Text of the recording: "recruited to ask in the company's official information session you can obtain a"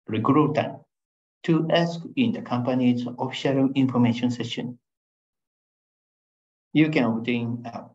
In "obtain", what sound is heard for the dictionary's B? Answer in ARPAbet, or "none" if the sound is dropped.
none